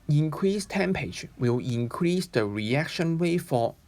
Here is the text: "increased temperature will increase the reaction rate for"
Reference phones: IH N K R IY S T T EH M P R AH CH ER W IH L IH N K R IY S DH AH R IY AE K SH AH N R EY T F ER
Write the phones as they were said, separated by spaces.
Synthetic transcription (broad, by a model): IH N K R IY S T T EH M P AH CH W IH L IH N K R IY S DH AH R IY AE K SH AH N W EY F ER